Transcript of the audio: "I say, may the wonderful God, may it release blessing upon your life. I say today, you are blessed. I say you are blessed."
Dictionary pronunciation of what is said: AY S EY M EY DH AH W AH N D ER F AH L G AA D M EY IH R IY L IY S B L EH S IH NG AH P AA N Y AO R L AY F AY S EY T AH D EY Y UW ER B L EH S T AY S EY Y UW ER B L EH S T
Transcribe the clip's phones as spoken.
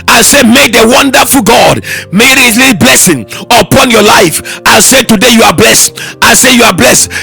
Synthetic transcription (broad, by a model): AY S EY M EY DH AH W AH N D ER F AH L G AA D M EY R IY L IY B L EH S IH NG AH P AA N Y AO L AY F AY S EY T AH D EY Y UW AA B L EH S T AY S EY Y UW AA B L EH S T